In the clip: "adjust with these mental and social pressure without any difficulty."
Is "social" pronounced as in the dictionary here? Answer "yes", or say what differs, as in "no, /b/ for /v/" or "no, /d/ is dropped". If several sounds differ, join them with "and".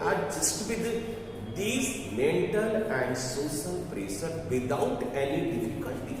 no, /s/ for /ʃ/